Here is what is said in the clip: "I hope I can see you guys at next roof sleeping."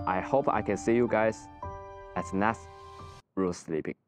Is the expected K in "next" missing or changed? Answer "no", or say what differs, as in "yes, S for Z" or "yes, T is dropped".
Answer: yes, K is dropped